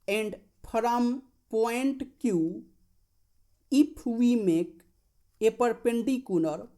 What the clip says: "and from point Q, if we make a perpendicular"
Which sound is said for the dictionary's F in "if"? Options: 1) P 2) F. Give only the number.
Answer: 1